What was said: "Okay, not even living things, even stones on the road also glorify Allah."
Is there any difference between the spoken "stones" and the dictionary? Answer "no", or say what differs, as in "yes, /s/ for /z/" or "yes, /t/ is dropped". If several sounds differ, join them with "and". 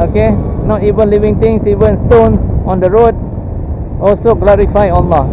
yes, /z/ is dropped